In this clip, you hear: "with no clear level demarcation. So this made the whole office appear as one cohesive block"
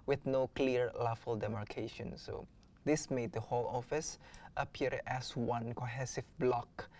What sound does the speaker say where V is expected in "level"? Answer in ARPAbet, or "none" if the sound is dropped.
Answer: F